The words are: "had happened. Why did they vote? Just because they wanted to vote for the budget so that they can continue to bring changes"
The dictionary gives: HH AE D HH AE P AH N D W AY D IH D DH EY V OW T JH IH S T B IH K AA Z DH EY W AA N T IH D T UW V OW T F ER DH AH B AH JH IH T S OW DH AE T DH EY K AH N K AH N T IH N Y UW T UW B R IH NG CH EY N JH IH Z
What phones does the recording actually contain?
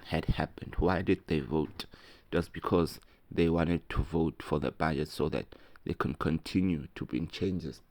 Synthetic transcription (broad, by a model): HH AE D HH AE P AH N D W AY D IH D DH EY V OW T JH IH S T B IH K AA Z DH EY W AA N T IH D T UW V OW T F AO DH AH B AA JH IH T S OW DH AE T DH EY K AH N K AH N T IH N Y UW T UW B IY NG CH EY N JH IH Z